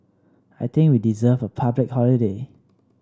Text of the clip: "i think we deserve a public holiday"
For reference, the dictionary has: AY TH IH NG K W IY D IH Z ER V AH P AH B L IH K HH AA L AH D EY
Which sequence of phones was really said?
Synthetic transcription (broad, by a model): AY T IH NG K W IY D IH Z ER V AH P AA B L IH K HH AA L AH D EY